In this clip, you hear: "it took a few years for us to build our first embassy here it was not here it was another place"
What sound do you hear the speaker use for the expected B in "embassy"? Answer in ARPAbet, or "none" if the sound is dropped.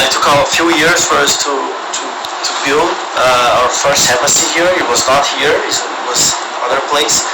none